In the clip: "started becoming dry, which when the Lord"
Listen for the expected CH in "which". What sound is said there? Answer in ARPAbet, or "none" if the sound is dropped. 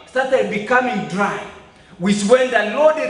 S